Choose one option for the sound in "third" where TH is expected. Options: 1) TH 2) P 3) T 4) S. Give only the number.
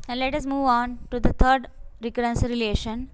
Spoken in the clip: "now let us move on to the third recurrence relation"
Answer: 3